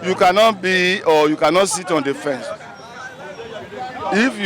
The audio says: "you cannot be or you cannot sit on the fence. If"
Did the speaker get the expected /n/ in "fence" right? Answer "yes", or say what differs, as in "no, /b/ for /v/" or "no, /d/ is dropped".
yes